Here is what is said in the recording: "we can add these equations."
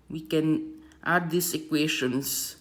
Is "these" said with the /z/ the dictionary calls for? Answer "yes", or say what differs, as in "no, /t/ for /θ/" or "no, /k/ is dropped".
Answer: no, /s/ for /z/